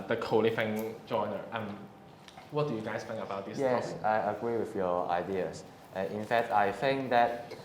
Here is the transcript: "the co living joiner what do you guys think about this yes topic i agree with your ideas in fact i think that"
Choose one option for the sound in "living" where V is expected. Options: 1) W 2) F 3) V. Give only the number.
2